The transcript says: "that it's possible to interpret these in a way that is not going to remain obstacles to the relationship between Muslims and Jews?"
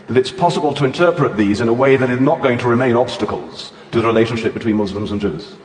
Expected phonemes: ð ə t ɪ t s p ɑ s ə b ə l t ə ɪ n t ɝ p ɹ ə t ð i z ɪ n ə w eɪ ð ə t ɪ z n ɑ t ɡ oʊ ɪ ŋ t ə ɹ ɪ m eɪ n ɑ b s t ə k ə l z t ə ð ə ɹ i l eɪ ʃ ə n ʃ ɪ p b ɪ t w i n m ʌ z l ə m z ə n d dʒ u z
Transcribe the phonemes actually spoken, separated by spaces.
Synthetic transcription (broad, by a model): ð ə t ɪ t s p ɑ s ə b ə l t ə ɪ n t ɝ p ɹ ə t ð i z ɪ n ə w eɪ ð ə t ɪ z n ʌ t ɡ oʊ ɪ ŋ t ə ɹ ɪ m eɪ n ɑ b s t ə k ə l z t ə ð ə ɹ i l eɪ ʃ ə n ʃ ɪ p b ɪ t w i n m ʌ z l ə m z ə n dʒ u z